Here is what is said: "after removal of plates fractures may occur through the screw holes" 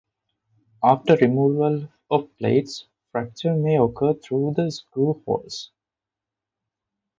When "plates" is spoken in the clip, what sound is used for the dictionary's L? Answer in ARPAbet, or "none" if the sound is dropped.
L